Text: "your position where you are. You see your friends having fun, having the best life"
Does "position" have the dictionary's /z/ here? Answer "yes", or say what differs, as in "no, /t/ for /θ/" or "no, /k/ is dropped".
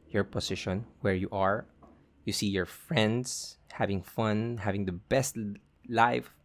no, /s/ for /z/